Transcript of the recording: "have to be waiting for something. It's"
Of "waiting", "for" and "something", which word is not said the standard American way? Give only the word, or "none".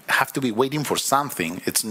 none